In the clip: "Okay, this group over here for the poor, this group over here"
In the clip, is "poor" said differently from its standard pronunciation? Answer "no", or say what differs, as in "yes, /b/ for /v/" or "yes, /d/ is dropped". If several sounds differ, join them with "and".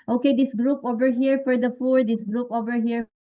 yes, /f/ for /p/